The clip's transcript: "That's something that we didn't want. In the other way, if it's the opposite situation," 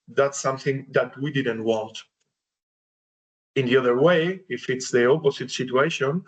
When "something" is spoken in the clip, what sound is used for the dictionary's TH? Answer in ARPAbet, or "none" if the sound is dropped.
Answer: TH